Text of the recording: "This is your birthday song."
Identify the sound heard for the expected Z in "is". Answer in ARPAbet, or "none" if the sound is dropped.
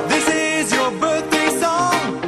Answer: Z